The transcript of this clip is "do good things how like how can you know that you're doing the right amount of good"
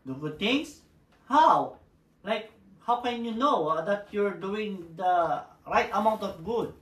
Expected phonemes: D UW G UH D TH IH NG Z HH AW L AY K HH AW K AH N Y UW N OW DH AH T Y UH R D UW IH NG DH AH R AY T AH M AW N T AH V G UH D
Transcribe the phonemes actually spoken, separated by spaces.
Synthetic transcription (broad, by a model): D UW G UH D T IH NG S HH AW L AY K HH AW K AH N Y UW N OW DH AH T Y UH R D UW IH NG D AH R AY T AH M AW N T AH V G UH D